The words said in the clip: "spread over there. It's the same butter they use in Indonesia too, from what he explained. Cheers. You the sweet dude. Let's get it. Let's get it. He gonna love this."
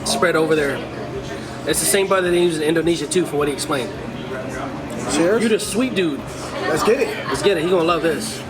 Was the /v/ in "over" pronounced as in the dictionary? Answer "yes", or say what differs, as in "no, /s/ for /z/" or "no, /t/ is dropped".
yes